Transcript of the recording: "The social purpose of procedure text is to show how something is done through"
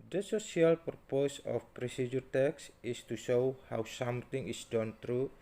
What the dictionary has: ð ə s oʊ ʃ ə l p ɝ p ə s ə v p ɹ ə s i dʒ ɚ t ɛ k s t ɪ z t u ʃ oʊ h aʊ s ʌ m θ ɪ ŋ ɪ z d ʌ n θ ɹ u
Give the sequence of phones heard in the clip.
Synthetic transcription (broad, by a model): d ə s oʊ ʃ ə l p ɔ p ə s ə f p ɹ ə s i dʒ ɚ t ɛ k s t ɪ s t u ʃ oʊ h aʊ s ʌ m t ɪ ŋ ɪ s d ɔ n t ɹ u